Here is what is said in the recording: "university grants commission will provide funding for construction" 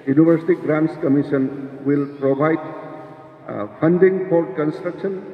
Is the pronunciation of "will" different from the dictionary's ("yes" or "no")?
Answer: no